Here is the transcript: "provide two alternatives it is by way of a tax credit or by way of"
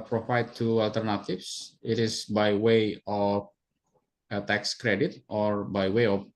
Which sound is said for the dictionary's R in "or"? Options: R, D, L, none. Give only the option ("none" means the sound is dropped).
R